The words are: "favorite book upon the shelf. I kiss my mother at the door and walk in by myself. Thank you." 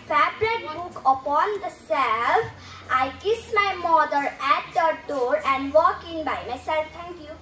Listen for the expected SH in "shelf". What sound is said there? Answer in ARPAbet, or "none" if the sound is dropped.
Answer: S